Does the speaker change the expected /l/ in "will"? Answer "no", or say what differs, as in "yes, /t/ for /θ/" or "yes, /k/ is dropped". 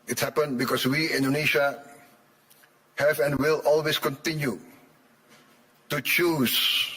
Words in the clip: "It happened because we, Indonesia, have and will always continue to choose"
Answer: no